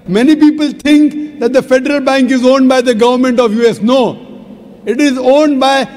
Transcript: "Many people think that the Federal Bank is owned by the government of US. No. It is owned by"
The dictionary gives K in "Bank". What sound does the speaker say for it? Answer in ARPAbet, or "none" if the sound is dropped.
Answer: K